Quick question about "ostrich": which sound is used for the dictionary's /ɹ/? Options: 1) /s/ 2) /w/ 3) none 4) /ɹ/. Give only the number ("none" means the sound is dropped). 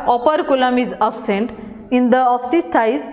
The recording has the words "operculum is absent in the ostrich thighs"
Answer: 3